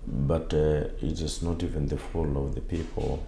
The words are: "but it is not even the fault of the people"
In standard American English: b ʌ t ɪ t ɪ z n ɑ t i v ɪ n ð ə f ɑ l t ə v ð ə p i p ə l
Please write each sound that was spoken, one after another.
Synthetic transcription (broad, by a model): b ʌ t ɪ t ɪ z n ɑ t i v ɪ n ð ə f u l ə v ð ə p i p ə l